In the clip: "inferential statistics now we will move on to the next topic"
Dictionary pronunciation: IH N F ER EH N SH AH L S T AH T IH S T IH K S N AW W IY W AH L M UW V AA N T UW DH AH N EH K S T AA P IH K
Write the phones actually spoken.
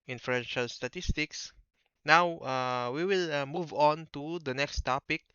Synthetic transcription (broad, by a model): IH N F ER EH N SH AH L S T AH T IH S T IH K S N AW W IY W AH L M UW V AA N T UW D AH N EH K S T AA P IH K